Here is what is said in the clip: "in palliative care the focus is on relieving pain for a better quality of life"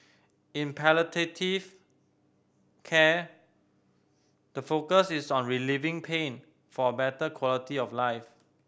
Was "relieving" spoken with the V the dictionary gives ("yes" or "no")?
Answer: yes